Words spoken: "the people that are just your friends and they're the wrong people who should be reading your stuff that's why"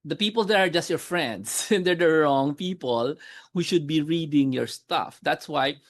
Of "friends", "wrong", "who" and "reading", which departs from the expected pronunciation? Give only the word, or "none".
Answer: friends